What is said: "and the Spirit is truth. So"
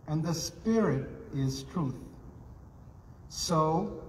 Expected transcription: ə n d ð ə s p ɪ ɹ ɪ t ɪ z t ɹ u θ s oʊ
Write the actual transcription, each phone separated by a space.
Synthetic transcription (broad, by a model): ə n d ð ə s p ɪ ɹ ɪ t ɪ z t ɹ u θ s oʊ